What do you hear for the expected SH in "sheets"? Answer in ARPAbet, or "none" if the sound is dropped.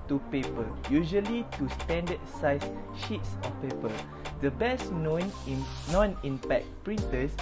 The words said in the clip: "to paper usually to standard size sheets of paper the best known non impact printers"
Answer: SH